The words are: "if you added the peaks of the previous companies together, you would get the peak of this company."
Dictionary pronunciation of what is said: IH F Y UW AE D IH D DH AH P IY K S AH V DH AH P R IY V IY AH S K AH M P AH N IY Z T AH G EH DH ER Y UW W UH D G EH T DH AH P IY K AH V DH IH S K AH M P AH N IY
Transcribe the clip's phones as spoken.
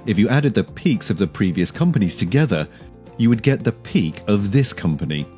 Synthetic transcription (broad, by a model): IH F Y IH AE D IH D DH AH P IY K S AH V DH AH P R IY V IY AH S K AH M P AH N IY Z T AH G EH DH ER Y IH W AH D G EH T DH AH P IY K AH V DH IH S K AH M P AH N IY